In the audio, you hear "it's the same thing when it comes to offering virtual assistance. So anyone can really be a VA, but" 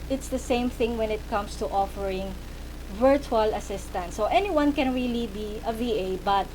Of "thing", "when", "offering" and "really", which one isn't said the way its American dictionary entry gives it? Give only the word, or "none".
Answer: none